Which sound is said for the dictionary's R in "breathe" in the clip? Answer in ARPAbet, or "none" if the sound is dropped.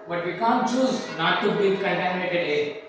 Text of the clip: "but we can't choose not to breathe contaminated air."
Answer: none